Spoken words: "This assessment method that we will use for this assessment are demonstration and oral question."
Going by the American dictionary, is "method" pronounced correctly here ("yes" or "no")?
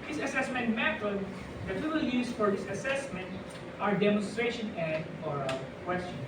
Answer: no